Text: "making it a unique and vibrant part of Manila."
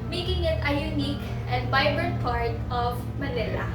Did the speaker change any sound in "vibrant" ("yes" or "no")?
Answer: yes